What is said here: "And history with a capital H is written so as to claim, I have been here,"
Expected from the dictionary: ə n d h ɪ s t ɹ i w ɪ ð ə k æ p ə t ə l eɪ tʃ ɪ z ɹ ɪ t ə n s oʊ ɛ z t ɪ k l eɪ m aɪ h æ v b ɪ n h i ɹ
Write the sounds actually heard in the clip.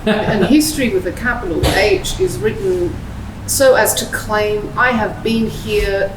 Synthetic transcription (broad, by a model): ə n h ɪ s t ɹ i w ɪ ð ə k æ p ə t l eɪ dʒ ɪ z ɹ ɪ t n s oʊ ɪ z t ɪ k l eɪ m aɪ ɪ v b ɪ n h i ɹ